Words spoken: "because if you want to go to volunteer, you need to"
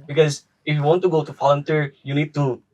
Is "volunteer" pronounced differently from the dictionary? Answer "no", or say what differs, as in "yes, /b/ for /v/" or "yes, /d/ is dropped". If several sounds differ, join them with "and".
yes, /f/ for /v/